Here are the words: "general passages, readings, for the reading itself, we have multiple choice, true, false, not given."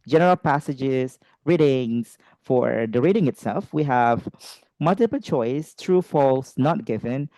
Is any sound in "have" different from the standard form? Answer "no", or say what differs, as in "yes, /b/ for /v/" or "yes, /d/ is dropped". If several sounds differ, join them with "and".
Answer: no